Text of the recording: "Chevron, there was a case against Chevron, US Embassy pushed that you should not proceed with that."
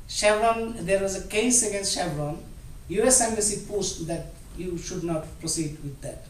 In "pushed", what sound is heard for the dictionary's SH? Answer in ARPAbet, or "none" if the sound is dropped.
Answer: S